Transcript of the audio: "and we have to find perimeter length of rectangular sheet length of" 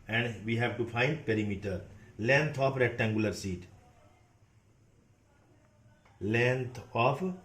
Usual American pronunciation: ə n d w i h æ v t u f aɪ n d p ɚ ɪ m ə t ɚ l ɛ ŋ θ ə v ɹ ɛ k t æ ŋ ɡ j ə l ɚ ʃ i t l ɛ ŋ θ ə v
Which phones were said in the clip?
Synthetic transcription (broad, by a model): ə n d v i h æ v t u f aɪ n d p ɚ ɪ m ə t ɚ l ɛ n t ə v ɹ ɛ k t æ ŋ ɡ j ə l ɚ s i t l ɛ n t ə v